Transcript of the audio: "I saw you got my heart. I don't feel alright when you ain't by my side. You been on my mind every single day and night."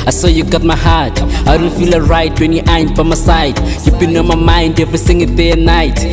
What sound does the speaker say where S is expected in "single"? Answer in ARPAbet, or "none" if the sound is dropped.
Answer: TH